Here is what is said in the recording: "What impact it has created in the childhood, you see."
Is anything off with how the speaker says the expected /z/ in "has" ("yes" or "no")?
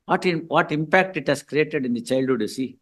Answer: yes